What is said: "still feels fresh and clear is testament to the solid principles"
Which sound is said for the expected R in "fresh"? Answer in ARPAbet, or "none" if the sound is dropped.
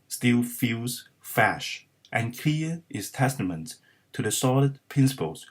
none